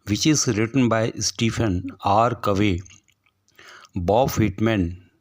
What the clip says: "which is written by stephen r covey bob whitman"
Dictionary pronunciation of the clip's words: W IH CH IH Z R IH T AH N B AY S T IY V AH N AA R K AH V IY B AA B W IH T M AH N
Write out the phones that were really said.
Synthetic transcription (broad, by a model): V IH CH IH Z R IH T AH N B AY S T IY F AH N AA R K AH V IY B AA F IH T M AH N